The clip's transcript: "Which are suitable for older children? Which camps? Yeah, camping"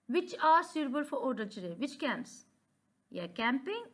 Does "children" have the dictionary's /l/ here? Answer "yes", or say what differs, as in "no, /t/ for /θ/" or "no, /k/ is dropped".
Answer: no, /l/ is dropped